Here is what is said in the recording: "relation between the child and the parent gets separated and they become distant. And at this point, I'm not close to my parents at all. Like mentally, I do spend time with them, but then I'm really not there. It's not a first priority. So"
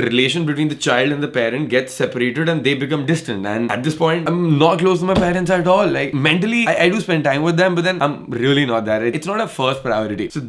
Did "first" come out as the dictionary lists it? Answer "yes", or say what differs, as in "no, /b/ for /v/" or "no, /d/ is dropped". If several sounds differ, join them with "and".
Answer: yes